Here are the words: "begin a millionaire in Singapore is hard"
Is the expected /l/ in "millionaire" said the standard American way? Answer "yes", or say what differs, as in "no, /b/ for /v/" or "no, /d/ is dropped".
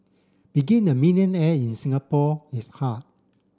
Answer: no, /n/ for /l/